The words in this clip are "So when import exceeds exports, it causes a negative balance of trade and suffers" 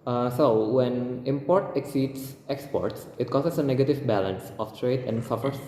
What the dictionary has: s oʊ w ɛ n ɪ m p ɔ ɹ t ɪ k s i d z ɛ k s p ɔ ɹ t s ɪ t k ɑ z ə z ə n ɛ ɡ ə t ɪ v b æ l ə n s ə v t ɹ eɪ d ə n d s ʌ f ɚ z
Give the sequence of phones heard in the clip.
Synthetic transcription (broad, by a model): s oʊ w ɛ n ɪ m p ɔ ɹ t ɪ k s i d s ɛ k s p ɔ ɹ t s ɪ t k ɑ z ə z ə n ɛ ɡ ə t ɪ v b æ l ə n s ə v t ɹ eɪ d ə n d s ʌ f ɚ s